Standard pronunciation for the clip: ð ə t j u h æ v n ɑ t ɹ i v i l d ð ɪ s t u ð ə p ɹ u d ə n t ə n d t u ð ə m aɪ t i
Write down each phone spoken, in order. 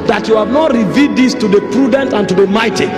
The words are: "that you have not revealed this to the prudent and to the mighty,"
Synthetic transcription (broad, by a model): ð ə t j u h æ v n ɑ t ɹ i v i d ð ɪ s t u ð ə p ɹ u d ə n t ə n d t u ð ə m aɪ t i